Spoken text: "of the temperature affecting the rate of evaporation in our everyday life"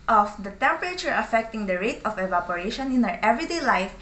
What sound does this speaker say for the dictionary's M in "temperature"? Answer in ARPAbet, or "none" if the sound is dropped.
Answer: M